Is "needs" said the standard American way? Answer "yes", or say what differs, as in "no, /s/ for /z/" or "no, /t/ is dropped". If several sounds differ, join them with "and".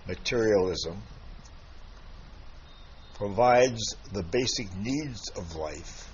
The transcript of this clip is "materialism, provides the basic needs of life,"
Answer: yes